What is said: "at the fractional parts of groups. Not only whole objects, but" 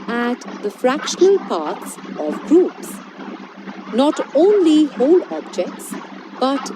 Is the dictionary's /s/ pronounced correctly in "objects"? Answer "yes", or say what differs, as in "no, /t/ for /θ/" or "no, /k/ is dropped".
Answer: yes